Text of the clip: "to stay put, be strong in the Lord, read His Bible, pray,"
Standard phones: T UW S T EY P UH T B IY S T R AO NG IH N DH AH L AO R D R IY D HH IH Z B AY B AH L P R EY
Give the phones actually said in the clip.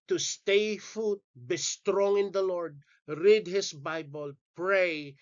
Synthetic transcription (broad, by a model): T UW S T EY F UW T B IY S T R AO NG IH N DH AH L AO R D R IY D HH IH S B AY B AH L P R EY